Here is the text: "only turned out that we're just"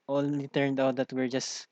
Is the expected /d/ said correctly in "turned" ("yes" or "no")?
yes